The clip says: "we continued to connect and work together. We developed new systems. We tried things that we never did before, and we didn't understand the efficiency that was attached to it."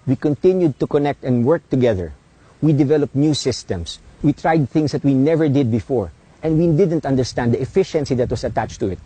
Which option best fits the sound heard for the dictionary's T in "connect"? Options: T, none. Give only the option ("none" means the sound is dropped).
T